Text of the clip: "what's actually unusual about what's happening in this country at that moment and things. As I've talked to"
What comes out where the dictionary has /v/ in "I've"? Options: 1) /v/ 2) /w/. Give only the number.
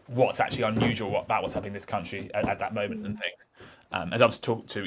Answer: 2